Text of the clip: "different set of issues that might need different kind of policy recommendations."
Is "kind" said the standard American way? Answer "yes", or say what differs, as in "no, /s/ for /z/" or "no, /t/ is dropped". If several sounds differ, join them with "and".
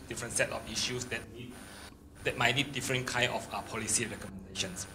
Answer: no, /d/ is dropped